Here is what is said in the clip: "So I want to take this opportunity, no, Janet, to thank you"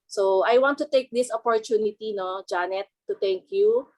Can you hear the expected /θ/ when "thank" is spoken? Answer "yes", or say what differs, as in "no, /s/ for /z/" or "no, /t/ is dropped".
no, /t/ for /θ/